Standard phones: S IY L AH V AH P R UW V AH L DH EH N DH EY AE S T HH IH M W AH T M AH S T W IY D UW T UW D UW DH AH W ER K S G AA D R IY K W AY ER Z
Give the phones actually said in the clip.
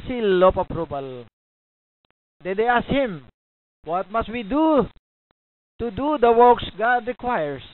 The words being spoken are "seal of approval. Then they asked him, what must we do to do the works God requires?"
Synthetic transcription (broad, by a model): S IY L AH P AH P R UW B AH L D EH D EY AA S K HH IH M W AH T M AH S T W IY D UW T UW D UW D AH W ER K S G AA D R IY K W AY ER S